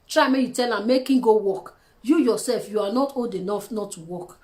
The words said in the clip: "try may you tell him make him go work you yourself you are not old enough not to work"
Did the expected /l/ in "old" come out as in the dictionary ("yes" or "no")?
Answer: no